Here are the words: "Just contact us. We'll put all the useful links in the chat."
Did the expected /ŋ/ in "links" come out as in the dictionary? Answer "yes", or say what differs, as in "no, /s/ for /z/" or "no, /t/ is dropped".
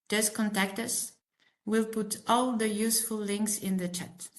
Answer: yes